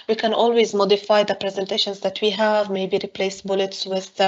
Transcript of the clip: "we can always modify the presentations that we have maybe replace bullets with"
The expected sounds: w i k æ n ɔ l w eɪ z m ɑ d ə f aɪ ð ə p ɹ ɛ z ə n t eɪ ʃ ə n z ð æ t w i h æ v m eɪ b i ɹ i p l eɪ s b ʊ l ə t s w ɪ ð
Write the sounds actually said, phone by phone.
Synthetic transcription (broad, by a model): w i k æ n ɔ l w eɪ z m ɑ d ə f aɪ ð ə p ɹ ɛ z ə n t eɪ ʃ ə n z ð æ t w i h æ v m eɪ b i ɹ i p l eɪ s b ʊ l ə t s w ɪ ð